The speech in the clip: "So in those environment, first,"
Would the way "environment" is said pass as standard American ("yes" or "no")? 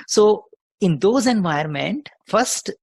no